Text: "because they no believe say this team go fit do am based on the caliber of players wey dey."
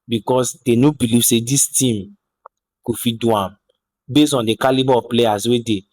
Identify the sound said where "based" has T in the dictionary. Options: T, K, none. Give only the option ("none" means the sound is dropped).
none